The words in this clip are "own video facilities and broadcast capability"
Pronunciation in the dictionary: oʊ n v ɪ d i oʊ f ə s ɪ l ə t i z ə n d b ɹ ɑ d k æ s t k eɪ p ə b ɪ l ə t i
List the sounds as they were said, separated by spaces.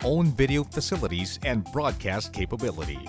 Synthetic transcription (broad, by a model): oʊ n v ɪ d i oʊ f ə s ɪ l ə t i z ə n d b ɹ ɑ d k æ s t k eɪ p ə b ɪ l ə t i